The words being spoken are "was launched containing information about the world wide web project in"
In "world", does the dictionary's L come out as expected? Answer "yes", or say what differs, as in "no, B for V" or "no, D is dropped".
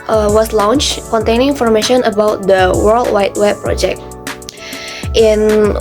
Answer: yes